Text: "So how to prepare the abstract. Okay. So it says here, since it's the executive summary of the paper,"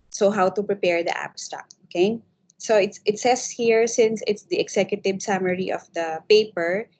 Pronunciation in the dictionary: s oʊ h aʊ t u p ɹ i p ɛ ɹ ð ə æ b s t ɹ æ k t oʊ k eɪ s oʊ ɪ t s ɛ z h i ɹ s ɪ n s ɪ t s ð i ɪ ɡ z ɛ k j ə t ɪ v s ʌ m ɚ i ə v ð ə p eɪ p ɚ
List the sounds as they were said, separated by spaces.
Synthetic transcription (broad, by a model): s oʊ h aʊ t u p ɹ i p ɛ ɹ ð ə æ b s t ɑ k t oʊ k eɪ s oʊ ɪ t s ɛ s h i ɹ s ɪ n s ɪ t s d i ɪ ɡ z ɛ k j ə t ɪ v s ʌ m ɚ i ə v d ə p eɪ p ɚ